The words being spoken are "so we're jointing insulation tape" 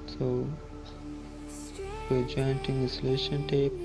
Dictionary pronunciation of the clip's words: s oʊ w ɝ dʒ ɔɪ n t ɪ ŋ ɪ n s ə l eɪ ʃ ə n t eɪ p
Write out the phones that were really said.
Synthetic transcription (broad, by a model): s oʊ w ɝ dʒ ɔɪ n t ɪ ŋ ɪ s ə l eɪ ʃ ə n t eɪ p